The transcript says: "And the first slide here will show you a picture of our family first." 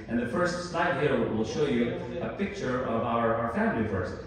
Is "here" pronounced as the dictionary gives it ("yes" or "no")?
no